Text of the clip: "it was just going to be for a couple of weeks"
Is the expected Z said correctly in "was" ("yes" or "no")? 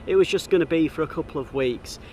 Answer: yes